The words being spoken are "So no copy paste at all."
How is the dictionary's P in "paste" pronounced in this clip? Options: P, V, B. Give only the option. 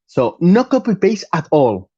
B